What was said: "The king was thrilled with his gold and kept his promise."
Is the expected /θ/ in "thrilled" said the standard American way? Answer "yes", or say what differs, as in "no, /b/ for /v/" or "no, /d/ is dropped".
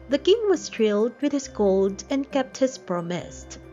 no, /t/ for /θ/